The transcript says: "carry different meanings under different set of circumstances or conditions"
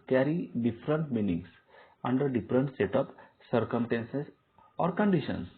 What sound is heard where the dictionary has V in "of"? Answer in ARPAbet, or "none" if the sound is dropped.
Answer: P